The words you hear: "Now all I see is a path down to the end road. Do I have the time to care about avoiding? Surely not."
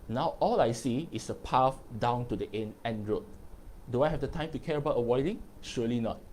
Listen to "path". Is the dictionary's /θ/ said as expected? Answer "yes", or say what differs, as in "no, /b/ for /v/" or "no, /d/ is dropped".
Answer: no, /f/ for /θ/